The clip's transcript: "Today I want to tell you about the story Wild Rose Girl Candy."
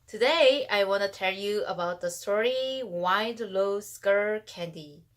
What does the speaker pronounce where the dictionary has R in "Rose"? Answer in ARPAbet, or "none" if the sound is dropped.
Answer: L